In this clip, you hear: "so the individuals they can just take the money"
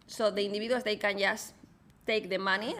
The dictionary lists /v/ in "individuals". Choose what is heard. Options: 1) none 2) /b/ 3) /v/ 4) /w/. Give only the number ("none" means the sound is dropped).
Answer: 2